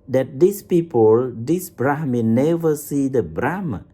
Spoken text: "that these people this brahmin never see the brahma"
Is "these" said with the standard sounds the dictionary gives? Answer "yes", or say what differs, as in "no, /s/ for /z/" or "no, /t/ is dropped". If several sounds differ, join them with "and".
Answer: no, /s/ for /z/